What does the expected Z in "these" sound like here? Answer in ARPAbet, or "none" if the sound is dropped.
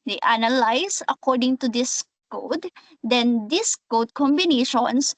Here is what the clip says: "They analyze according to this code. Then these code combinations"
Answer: S